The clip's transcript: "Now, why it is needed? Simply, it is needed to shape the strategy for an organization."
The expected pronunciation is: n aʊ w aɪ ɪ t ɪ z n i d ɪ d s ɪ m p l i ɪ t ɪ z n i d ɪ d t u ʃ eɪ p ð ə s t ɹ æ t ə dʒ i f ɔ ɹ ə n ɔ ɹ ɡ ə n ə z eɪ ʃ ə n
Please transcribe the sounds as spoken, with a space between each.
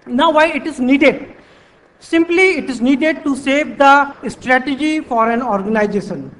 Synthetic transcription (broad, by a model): n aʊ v aɪ ɪ t ɪ z n i d ɪ d s ɪ m p l i ɪ t ɪ z n i d ɪ d t u s eɪ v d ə s t ɹ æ t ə dʒ i f ɔ ɹ ə n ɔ ɹ ɡ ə n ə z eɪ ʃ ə n